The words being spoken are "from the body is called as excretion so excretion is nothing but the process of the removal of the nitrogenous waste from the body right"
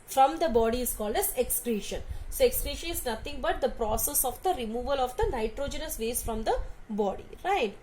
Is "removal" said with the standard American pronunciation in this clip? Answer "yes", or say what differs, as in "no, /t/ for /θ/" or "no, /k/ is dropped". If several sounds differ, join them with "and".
yes